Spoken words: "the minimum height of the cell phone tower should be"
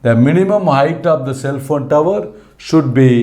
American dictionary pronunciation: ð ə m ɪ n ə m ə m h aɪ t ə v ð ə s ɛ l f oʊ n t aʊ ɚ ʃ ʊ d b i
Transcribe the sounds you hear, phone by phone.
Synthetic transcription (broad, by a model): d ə m ɪ n ə m ə m h aɪ t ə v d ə s ɛ l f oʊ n t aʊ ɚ ʃ ʊ d b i